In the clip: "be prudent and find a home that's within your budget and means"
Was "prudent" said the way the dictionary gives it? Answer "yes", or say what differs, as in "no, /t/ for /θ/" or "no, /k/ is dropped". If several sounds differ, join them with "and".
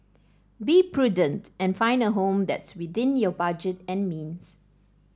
yes